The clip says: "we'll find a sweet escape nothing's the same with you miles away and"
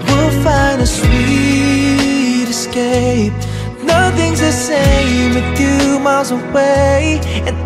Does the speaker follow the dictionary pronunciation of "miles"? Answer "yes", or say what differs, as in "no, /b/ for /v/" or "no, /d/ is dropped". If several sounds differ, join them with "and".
yes